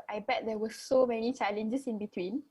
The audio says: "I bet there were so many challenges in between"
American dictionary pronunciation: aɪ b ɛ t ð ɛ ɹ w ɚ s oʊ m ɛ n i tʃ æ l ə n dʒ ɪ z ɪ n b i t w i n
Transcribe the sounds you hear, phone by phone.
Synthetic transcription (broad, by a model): aɪ b ɛ t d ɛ w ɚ s oʊ m ɛ n i tʃ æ l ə n dʒ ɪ s ɪ n b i t w i n